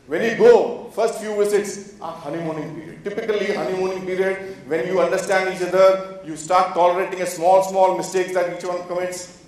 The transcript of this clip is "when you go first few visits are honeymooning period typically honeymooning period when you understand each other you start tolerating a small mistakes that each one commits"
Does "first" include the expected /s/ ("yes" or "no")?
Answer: yes